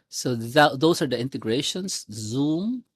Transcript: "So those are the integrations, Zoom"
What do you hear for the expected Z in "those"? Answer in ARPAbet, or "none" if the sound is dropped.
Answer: S